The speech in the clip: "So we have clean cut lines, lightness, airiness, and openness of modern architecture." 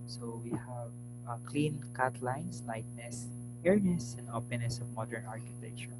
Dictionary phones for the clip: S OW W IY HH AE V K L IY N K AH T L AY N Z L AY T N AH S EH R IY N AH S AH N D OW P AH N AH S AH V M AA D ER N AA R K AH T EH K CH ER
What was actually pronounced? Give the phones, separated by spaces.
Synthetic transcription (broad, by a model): S OW W IY HH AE V K L IY N K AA T L AY N S L AY T N AH S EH R N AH S AH N D OW P AH N AH S AH V M AA D ER N AA R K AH T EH K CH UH